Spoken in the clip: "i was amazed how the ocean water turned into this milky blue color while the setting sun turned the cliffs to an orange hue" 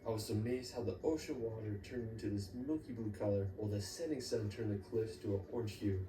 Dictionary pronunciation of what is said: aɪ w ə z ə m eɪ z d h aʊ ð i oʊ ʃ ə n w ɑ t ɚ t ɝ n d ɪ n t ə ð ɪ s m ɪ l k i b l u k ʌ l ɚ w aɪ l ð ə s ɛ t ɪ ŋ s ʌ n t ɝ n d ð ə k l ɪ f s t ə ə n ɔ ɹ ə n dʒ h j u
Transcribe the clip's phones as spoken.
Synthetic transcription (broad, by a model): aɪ w ə z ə m eɪ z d h aʊ ð i oʊ ʃ ə n w ɑ t ɚ t ɝ n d ɪ n t ə ð ɪ s m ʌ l k i b l u k ʌ l ɚ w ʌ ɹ ð ə s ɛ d ɪ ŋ s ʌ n t ɝ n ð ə k l ɪ f s t ə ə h ɔ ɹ n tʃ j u